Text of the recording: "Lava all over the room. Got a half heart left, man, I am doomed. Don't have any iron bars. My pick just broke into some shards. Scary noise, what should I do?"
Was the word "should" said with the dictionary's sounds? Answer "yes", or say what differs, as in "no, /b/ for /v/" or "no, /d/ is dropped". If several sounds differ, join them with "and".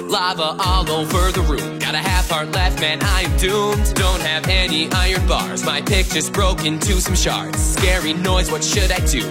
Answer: yes